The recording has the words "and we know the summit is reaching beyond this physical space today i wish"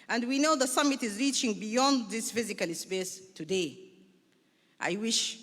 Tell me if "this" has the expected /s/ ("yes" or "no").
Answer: yes